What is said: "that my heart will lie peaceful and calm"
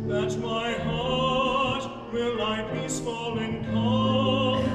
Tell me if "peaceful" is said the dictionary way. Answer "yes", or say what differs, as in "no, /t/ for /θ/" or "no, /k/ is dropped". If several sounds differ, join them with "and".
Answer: no, /b/ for /p/